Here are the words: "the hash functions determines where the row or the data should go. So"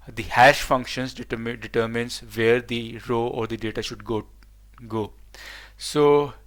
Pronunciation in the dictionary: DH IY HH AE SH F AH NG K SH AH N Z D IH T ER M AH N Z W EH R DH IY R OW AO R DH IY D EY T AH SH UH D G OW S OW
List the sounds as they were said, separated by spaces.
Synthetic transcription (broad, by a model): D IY HH AE SH F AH NG K SH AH N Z D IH T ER M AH N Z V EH R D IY R OW AO R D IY D EY T AH SH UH D G OW S OW